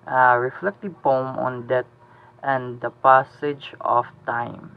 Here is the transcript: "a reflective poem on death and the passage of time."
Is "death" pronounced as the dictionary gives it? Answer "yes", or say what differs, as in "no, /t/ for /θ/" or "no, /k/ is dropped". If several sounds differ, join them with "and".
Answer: no, /t/ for /θ/